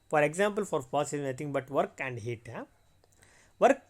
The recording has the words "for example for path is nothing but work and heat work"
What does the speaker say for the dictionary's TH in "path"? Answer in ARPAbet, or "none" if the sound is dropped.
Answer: S